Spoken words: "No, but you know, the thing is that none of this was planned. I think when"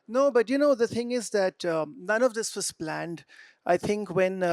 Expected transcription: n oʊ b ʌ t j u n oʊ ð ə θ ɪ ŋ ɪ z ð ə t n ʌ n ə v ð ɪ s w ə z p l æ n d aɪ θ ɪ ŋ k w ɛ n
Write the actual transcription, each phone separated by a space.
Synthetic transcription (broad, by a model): n oʊ b ʌ t j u n oʊ ð ə θ ɪ ŋ ɪ z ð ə t n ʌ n ə v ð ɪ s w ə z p l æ n d aɪ θ ɪ ŋ k w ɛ n